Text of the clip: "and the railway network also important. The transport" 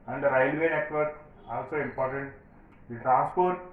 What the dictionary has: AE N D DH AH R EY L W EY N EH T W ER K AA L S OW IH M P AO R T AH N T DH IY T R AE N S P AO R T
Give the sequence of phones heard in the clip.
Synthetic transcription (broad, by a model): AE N D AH R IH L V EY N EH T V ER AA L S OW IH M P AO R T AH N T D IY T R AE N S P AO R T